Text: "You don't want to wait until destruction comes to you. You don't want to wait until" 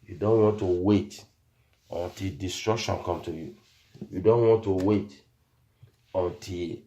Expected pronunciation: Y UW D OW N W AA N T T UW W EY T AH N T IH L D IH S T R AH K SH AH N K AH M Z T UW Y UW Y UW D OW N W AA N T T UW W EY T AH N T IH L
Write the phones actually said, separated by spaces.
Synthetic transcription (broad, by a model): Y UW D OW N W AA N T T UW W EY T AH N T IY L D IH S T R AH K SH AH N K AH M T UW Y UW Y UW D OW N W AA N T T UW W EY T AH N T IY L